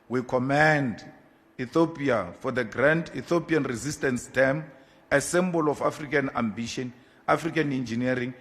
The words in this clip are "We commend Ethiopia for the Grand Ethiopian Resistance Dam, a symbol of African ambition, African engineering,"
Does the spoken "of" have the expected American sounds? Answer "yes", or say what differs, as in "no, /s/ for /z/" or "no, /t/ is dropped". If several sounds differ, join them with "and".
no, /f/ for /v/